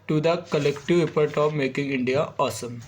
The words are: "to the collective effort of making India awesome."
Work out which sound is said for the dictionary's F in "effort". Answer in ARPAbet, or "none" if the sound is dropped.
P